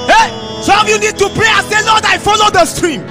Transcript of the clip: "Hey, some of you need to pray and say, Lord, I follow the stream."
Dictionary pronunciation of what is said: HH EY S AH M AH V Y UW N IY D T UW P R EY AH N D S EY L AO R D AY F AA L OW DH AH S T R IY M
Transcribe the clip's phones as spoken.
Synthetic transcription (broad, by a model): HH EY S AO AH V Y UW N IY D T UW P R EY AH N S EY L AO D AY F AA L OW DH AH S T R IY M